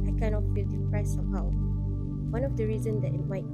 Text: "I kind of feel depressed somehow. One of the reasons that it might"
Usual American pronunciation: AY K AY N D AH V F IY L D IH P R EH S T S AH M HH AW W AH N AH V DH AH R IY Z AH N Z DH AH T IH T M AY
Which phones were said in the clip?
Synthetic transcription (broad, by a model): AY K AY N AH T F IY L D IH P R EH S T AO HH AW W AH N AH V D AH R IY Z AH N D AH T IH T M AY